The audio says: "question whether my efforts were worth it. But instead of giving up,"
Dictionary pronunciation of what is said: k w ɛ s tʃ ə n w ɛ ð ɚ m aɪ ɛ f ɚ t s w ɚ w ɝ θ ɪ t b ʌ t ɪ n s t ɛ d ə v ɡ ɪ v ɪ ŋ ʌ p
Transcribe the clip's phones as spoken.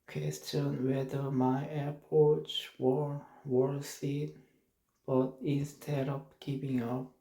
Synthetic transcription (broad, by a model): k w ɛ s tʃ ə n w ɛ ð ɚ m aɪ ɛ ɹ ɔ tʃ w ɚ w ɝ s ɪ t b ʌ t ɪ n s t ɛ d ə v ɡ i p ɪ ŋ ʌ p